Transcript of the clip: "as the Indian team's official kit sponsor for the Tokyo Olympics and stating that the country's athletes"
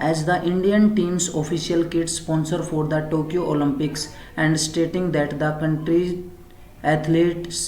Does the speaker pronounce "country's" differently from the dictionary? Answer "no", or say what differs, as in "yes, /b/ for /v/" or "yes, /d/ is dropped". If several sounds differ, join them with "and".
yes, /z/ is dropped